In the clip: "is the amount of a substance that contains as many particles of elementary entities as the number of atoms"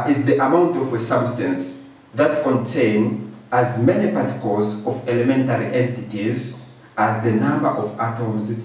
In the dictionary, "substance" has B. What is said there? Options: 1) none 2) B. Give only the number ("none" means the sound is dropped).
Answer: 2